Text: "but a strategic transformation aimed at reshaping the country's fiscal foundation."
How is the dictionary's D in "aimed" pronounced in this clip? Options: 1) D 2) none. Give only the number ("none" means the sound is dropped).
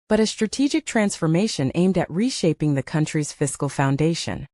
1